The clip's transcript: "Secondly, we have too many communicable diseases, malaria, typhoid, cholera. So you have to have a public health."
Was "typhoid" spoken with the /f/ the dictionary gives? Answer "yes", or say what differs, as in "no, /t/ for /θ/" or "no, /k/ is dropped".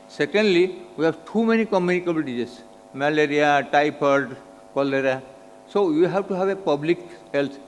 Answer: no, /p/ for /f/